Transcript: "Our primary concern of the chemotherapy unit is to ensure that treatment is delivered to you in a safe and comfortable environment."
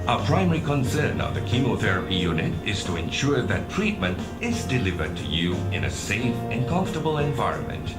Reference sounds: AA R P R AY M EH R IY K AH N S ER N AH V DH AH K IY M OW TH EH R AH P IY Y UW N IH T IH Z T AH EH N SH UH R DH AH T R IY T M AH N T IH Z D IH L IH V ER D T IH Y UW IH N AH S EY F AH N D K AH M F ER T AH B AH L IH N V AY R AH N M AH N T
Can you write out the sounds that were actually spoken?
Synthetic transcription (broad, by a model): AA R P R AY M EH R IY K AH N S ER N AH V DH AH K IY M OW TH EH R AH P IY Y UW N IH T IH Z T AH EH N SH UH R DH AH T R IY T M AH N T IH Z D IH L IH V ER D T IH Y UW IH N AH S EY F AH N K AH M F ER T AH B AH L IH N V AY R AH N M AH N T